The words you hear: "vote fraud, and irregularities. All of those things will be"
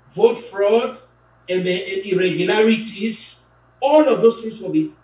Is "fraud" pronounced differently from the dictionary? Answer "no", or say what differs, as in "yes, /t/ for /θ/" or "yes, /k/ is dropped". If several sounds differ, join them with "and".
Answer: no